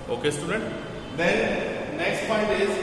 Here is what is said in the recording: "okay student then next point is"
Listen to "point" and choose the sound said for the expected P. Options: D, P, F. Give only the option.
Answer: F